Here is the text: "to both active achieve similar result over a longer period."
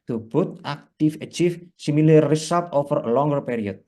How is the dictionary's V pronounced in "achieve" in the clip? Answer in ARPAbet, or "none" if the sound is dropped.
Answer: F